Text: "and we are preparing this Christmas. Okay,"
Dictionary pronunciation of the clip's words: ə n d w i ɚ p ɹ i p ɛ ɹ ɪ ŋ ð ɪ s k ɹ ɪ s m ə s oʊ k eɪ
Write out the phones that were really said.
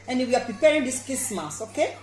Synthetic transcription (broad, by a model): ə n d w i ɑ p ɹ i p ɛ ɹ ɪ ŋ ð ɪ s k ɪ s m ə s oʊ k eɪ